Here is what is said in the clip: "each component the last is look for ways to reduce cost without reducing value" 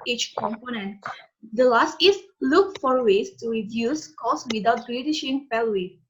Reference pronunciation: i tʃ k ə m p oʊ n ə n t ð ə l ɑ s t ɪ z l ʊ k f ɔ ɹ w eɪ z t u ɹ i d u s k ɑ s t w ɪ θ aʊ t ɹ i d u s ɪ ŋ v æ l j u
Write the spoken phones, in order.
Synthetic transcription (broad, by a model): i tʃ k ə m p oʊ n ə n t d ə l ɑ s t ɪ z l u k f ɔ ɹ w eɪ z t u ɹ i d u s k ɑ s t w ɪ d aʊ t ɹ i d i ʃ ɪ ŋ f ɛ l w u